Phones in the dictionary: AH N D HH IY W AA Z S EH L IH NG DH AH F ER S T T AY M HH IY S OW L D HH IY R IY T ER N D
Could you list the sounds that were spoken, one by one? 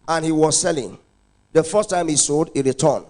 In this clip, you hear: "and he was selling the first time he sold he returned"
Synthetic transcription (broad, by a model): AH N HH IY W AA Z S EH L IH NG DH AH F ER S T T AY M HH IY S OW D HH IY R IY T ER N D